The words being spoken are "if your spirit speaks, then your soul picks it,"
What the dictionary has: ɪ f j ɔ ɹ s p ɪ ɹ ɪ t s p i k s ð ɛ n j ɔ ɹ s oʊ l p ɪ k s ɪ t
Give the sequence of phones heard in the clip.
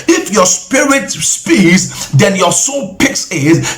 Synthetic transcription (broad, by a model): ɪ f j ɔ s p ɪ ɹ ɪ t s p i s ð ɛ n j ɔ s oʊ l p ɪ k s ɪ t